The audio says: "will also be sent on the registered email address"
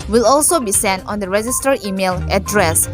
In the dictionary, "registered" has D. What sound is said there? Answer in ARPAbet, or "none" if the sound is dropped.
none